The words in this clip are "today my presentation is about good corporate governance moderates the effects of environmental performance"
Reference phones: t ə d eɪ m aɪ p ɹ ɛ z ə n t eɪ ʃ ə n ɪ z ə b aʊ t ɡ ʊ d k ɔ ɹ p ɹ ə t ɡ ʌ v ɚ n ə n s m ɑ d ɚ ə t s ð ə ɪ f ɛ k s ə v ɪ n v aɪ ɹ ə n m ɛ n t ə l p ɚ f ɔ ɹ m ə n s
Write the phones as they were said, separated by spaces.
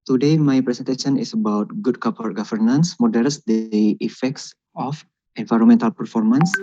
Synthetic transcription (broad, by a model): t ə d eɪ m aɪ p ɹ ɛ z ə n t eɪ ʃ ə n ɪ s ə b aʊ t ɡ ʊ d k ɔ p ə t ɡ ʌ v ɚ n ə n s m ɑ d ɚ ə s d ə ɪ f ɛ k s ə f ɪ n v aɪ ɹ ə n m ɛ n t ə l p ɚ f ɔ ɹ m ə n s